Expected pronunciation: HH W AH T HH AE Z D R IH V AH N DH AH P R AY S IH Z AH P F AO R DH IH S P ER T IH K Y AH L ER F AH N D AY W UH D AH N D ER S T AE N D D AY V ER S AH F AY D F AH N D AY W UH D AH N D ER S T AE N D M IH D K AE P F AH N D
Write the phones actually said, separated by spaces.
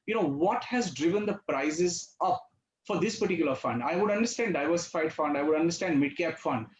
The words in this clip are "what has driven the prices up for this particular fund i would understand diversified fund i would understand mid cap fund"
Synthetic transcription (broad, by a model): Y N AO T HH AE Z D R IH V AH N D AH P R AY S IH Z AH P F AO R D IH S P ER T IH K Y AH L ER F AH N D AY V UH D AH N D ER S T AE N D D AY V ER S AH F AY D F AH N D AY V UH D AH N D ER S T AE N D M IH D K AE P F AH N D